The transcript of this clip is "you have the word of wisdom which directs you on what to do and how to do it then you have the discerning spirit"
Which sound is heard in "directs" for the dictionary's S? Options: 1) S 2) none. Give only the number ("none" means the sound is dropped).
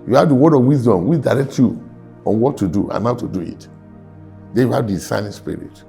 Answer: 2